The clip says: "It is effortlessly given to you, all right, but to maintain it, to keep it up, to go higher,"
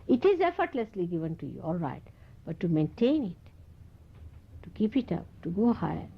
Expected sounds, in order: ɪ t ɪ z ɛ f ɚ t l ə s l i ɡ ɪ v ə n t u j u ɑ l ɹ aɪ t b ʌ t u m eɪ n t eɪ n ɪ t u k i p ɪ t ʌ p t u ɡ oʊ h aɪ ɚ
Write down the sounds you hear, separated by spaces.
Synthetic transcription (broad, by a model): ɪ t ɪ z ɛ f ɚ t l ə s l i ɡ ɪ v ə n t u j u ɑ l ɹ aɪ t b ʌ t u m eɪ n t eɪ n ɪ t u k i p ɪ t ʌ p t u ɡ oʊ h aɪ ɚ